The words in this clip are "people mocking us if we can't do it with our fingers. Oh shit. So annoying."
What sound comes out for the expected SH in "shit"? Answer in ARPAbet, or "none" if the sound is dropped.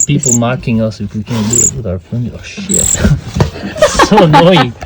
SH